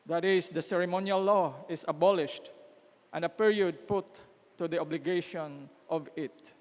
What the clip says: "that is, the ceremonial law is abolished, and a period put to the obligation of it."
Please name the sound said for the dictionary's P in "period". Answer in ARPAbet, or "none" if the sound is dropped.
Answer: P